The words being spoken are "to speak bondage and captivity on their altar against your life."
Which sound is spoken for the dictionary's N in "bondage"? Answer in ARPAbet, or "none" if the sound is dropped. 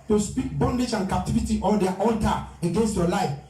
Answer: N